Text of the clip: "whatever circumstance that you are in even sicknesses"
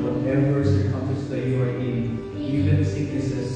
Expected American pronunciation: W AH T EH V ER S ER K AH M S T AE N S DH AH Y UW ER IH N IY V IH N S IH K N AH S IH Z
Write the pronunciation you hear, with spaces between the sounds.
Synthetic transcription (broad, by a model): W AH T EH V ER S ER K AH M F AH S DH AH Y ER IH N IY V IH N S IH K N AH S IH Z